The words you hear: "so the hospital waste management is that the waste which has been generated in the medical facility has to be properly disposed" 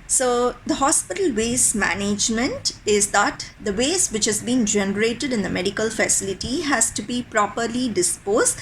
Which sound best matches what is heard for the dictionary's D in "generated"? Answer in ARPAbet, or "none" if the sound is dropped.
D